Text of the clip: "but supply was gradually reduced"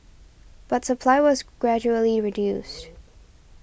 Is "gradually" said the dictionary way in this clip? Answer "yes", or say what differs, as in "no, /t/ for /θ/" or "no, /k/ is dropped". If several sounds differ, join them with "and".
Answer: yes